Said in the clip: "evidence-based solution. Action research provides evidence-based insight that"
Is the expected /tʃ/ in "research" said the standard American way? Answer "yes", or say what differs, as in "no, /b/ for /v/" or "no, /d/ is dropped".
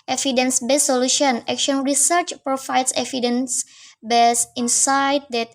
yes